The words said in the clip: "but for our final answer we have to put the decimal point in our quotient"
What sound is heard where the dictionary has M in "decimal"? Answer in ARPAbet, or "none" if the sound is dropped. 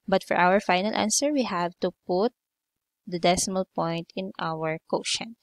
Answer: M